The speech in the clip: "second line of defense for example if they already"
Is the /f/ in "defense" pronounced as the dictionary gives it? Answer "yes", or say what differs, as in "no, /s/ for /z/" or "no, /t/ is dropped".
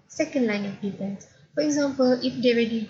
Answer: no, /p/ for /f/